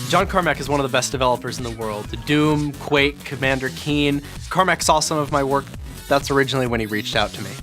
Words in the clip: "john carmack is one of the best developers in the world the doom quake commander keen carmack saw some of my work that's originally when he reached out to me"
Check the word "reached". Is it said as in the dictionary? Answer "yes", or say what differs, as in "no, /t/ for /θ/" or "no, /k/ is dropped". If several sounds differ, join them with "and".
yes